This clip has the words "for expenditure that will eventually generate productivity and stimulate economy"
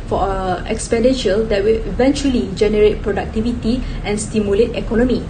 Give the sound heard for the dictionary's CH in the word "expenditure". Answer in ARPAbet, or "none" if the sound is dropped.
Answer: SH